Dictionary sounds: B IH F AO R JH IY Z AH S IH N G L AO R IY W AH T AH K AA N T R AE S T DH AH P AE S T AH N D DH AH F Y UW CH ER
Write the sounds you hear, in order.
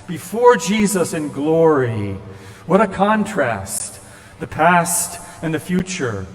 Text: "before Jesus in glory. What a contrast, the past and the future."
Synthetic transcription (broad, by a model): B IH F AO R JH IY Z AH S IH N G L AO R IY W AH T AH K AA N T R AE S T DH AH P AE S T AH N DH AH F Y UW CH ER